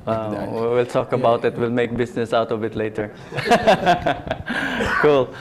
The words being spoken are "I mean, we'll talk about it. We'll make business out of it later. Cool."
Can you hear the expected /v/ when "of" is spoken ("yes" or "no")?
no